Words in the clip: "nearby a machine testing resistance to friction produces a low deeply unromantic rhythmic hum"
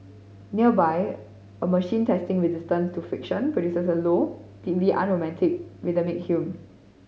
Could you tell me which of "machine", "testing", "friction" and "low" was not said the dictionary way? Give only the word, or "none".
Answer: friction